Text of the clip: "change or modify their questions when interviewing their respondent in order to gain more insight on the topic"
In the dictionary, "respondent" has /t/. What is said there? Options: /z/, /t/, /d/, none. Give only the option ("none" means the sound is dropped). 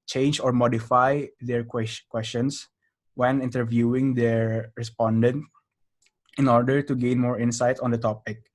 /t/